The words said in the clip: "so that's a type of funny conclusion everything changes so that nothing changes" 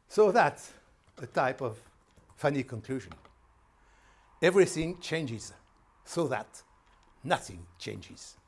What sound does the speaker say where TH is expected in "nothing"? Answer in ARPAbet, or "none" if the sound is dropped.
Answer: TH